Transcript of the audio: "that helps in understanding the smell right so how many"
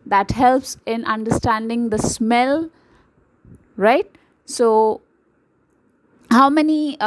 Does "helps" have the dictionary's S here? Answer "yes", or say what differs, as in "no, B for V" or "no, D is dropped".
yes